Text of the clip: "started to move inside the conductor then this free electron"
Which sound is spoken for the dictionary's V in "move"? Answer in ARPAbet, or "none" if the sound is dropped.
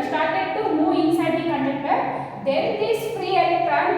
none